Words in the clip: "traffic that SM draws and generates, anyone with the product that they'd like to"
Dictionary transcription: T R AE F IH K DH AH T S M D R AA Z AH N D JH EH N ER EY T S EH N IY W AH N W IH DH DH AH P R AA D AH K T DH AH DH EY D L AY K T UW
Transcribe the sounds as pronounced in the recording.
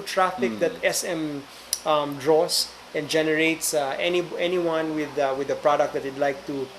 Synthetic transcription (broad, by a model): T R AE F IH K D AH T S M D R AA S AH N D JH EH N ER EY T S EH N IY W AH N W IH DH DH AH P R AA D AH K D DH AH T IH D L AY K T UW